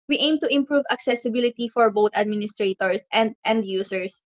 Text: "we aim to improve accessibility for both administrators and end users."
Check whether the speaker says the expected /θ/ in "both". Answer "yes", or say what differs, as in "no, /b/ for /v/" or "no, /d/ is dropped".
no, /t/ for /θ/